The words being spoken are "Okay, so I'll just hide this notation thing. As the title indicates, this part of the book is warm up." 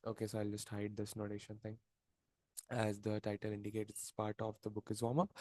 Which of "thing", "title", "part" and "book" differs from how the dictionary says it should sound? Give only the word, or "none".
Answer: thing